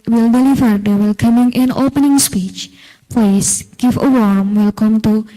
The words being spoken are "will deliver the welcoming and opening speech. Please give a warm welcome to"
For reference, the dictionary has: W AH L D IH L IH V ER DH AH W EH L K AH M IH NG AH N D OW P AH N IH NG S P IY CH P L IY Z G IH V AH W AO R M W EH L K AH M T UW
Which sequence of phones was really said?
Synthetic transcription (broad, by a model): W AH L D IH L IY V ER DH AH W EH L K AH M IH NG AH N OW P AH N IH NG S P IY CH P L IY S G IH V AH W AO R M W EH L K AH M T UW